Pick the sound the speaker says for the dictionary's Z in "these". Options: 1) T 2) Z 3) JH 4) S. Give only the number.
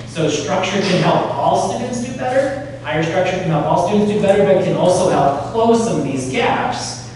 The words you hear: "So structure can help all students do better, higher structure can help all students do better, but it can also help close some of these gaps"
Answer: 2